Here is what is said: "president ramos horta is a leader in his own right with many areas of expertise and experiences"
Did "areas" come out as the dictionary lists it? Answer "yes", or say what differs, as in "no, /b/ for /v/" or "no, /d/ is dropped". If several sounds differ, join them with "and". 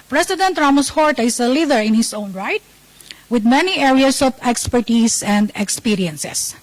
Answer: no, /s/ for /z/